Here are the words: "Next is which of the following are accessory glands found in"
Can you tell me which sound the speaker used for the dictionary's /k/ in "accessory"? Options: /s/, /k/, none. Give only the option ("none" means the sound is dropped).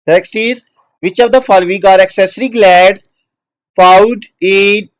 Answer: /k/